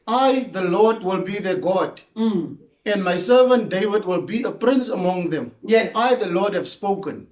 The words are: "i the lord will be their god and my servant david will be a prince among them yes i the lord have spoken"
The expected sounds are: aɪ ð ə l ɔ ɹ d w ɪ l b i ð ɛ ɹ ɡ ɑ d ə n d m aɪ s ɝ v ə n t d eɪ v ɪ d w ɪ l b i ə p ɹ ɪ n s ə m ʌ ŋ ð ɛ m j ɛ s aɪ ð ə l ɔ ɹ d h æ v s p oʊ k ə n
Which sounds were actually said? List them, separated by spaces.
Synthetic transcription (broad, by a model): aɪ ð ə l ɔ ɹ d w ɪ l b i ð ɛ ɡ ɑ d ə n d m aɪ s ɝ v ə n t d eɪ v ɪ d w ɪ l b i ə p ɹ ɪ n s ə m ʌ ŋ ð ɛ m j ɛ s aɪ ð ə l ɔ d h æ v s p oʊ k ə n